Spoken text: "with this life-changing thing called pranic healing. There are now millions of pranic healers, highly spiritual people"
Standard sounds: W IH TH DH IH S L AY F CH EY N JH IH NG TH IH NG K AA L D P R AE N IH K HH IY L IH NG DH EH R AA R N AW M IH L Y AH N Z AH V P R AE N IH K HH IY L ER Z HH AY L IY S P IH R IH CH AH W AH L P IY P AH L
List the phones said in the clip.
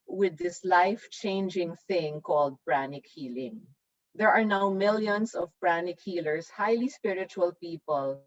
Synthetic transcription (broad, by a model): W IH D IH S L AY F CH EY N JH IH NG TH IH NG K AA L D P R AE N IH K HH IY L IH NG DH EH R AA R N AW M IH L Y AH N S AH V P R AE N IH K HH IY L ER S HH AY L IY S P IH R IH CH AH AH L P IY P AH L